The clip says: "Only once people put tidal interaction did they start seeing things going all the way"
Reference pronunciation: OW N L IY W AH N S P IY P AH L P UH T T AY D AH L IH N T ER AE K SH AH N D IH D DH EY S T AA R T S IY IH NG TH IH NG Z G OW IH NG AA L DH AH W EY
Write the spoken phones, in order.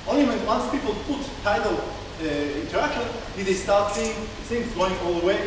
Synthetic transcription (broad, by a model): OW N L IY W AH N S P IY P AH L P UH T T AY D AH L IH N T ER AE K SH AH N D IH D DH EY S T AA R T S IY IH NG S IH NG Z G OW IH NG AA L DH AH W EY